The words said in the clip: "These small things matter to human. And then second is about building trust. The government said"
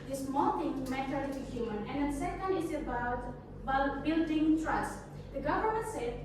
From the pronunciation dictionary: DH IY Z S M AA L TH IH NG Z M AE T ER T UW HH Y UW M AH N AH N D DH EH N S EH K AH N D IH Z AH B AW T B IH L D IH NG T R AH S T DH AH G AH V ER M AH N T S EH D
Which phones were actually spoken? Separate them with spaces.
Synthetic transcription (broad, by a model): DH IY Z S M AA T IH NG M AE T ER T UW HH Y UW M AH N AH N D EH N S EH K AH N D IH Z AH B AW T B IH L D IH NG T R AH S T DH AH G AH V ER M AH N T S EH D